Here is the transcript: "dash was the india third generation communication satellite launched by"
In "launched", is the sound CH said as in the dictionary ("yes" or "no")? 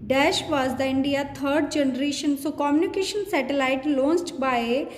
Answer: no